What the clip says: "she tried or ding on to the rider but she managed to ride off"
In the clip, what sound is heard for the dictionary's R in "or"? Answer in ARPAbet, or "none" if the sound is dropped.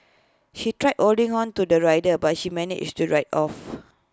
L